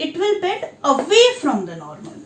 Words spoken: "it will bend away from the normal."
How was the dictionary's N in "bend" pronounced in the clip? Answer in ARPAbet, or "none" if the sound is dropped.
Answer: none